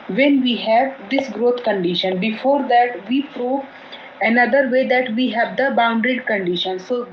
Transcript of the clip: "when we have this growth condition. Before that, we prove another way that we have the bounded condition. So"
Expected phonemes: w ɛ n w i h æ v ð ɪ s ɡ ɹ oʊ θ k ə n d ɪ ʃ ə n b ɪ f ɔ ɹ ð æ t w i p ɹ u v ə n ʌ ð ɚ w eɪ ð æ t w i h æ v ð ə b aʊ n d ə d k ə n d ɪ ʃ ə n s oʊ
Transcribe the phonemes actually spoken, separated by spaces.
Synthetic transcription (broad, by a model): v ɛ n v i h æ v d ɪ s ɡ ɹ oʊ t k ə n d ɪ ʃ ə n b ɪ f ɔ ɹ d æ t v i p ɹ u v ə n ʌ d ɚ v eɪ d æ t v i h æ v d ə b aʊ n d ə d k ə n d ɪ ʃ ə n s oʊ